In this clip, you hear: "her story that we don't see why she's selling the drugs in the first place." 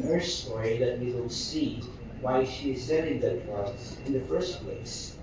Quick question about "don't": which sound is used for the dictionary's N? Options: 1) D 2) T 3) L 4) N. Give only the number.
3